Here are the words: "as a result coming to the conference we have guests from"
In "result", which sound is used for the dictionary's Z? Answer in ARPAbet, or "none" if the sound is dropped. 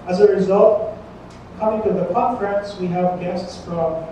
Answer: Z